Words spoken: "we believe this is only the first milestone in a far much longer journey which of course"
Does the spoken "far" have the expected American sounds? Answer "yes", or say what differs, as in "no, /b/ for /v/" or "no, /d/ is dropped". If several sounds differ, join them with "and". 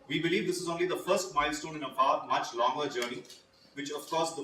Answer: no, /p/ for /f/